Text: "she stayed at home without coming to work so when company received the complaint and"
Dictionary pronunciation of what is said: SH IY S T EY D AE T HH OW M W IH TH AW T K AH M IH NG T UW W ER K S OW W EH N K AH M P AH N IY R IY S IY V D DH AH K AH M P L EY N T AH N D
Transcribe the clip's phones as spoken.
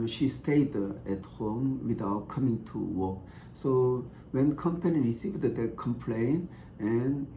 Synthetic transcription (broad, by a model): SH IY S T EY D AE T HH OW M W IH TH AW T K AH M IH NG T UW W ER K S OW W EH N K AH M P AH N IY R IY S IY V D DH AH K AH M P L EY N AH N